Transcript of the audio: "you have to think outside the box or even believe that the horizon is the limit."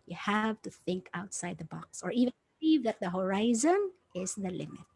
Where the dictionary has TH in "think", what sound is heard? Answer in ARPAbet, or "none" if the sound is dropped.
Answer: TH